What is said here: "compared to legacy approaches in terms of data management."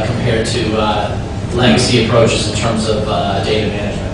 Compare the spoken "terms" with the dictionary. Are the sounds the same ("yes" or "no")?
yes